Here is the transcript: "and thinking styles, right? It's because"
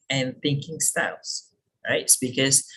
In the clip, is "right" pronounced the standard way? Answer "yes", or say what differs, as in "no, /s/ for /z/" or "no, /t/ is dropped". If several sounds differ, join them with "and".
no, /t/ is dropped